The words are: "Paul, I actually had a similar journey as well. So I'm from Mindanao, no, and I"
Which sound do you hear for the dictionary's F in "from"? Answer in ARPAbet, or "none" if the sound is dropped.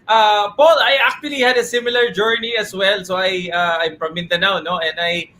P